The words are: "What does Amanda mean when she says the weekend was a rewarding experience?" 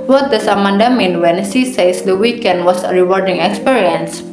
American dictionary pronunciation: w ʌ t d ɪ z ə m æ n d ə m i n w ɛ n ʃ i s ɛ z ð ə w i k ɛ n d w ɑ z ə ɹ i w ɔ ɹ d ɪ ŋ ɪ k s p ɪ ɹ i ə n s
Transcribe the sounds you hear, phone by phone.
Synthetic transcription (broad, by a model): w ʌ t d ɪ s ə m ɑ n d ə m i n w ɛ n s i s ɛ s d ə w i k ɛ n d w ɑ s ə ɹ i w ɔ ɹ d ɪ ŋ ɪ k s p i ɹ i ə n s